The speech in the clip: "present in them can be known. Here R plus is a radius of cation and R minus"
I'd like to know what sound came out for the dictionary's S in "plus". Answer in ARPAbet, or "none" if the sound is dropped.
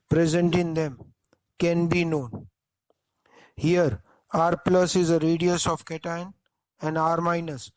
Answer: S